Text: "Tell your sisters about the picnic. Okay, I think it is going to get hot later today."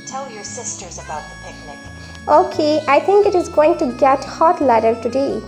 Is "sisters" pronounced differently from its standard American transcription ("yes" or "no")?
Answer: no